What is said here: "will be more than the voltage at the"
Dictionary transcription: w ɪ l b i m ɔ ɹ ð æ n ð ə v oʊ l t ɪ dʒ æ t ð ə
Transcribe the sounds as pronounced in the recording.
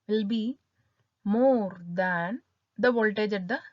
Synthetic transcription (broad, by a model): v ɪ l b i m ɔ ɹ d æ n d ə v oʊ l t ɪ dʒ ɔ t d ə